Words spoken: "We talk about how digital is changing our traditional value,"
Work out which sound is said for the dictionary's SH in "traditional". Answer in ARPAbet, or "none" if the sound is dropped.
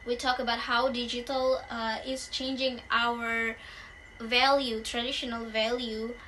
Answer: SH